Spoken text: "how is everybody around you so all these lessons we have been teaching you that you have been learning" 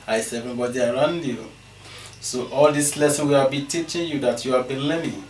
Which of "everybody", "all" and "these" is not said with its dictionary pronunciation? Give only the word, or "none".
these